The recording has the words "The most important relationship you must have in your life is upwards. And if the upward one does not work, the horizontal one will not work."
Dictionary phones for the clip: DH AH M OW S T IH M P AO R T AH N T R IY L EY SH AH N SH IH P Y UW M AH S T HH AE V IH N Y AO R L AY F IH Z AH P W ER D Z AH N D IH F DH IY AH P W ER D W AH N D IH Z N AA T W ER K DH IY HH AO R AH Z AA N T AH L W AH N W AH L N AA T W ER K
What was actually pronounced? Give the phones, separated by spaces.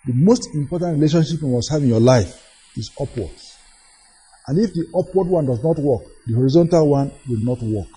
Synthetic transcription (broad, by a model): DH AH M OW S T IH M P AO T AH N T R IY L EY SH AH N SH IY P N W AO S HH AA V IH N Y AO L AY F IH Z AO P W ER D AH N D IH F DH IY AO P W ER D W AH N D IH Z N AA T W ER K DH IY HH AO R AH Z AA N T AH L W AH N W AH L N AA T W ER K